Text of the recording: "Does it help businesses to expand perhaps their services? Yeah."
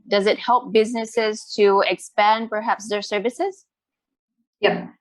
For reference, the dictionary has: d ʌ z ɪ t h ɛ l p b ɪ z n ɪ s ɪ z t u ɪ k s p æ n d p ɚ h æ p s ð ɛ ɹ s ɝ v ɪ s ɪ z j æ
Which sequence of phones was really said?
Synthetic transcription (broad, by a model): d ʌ z ɪ t h ɛ l p b ɪ z n ɪ s ɪ z t u ɪ k s p æ n d p ɚ h æ p s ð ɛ ɹ s ɝ v ɪ s ɪ z j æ